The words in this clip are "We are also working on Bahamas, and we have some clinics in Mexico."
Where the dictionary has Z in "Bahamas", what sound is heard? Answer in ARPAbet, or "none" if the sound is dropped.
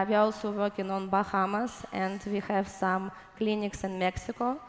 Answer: S